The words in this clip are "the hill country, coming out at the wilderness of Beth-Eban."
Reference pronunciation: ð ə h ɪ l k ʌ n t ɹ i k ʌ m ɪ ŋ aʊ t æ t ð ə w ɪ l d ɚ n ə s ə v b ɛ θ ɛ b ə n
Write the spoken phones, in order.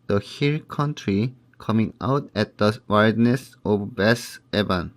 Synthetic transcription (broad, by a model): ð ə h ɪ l k ʌ n t ɹ i k ʌ m ɪ ŋ aʊ t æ t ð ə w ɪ d n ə s ə v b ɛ s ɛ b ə n